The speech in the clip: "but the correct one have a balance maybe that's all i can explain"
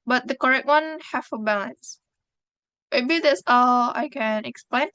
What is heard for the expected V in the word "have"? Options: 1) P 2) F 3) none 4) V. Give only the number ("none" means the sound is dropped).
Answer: 2